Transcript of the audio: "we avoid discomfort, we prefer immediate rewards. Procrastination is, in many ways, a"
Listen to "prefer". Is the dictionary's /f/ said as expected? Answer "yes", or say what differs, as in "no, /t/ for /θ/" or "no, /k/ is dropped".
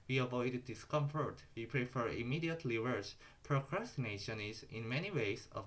yes